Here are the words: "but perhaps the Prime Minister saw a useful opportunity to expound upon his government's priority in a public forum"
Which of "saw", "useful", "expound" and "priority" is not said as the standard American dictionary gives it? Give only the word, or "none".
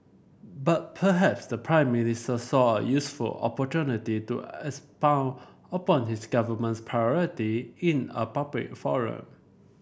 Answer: expound